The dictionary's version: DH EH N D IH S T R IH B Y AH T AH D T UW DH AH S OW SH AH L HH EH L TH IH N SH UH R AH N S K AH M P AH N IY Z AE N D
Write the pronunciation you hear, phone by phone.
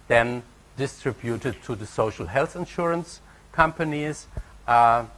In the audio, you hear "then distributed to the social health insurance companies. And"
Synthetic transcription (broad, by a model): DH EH N D IH S T R IH B Y AH T AH D T UW DH AH S OW SH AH L HH EH L TH IH N SH UH R AH N S K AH M P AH N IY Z